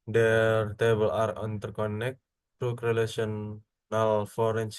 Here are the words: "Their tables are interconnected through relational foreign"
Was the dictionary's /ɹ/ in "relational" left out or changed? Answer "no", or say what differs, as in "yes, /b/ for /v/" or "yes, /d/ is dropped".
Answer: yes, /l/ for /ɹ/